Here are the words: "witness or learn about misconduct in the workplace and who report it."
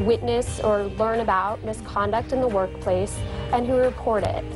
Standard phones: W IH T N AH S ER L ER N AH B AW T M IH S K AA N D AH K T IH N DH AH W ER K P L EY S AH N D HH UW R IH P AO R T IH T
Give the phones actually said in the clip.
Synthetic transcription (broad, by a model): W IH T N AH S ER L ER N AH B AW T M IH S K AA N D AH K T IH N DH AH W ER K P L EY S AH N HH UW R IH P AO R T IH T